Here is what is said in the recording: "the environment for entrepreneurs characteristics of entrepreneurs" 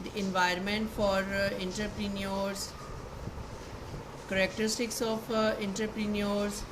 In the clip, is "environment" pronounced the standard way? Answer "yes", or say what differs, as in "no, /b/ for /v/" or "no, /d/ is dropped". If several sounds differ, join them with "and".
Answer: yes